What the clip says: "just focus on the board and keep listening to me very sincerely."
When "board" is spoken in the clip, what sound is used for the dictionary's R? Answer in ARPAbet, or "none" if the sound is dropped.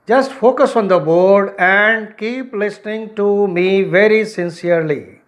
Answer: R